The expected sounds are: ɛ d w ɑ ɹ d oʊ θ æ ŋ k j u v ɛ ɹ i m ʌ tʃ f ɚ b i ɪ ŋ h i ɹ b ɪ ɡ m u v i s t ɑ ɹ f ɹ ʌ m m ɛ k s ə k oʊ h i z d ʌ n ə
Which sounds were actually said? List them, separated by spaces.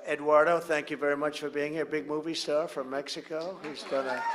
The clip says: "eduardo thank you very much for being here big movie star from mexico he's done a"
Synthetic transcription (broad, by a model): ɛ d w ɑ ɹ d oʊ θ æ ŋ k j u v ɛ ɹ i m ʌ tʃ f ɚ b i ɪ ŋ h i ɹ b ɪ ɡ m u v i s t ɑ ɹ f ɹ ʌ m m ɛ k s ə k oʊ h i z d ʌ n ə